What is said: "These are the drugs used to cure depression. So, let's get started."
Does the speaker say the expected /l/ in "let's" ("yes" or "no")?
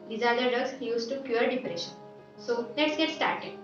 no